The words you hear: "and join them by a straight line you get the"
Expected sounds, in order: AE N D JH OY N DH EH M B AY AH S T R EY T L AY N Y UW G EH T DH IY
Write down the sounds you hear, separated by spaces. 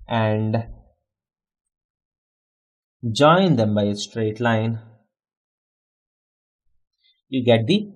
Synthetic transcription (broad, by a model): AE N D JH OY N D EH M B AY AH S T R EY T L AY N Y UW G EH T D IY